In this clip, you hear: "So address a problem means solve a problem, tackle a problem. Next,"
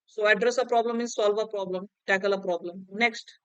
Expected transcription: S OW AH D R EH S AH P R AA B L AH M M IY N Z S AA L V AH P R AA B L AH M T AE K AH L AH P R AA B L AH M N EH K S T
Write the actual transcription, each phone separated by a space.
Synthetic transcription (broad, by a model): S OW AH D R EH S AH P R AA B L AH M M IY Z S AA L V AH P R AA B L AH M T AE K AH L AH P R AA B L AH M N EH K S T